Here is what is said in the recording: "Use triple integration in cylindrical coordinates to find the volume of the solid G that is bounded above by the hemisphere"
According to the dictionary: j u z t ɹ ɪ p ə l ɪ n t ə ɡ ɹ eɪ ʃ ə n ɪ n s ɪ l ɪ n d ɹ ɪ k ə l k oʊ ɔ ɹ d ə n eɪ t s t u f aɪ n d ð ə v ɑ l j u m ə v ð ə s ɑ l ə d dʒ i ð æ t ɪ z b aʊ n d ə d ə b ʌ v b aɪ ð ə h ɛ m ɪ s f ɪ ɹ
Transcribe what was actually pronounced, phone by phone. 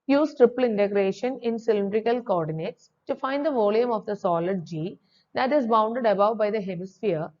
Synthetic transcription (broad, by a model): j u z t ɹ ɪ p ə l ɪ n t ə ɡ ɹ eɪ ʃ ə n ɪ n s ɪ l ɪ n d ɹ ɪ k ə l k oʊ ɔ ɹ d ə n eɪ t s t u f aɪ n d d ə v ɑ l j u m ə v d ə s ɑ l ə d dʒ i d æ t ɪ z b aʊ n d ə d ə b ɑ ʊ b aɪ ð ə h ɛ m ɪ s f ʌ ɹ